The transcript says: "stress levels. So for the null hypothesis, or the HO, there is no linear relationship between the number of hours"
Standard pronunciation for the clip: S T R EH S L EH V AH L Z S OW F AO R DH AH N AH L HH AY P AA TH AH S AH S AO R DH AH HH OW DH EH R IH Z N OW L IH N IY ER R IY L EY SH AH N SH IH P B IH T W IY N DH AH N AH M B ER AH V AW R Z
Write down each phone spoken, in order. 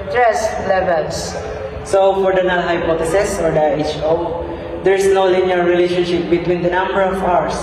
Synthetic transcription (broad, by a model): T R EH S L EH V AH L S S OW F AO R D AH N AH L HH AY P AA T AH S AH S AO R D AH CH OW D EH R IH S N OW L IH N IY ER R IY L EY SH AH N SH IH P B IH T W IY N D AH N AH M B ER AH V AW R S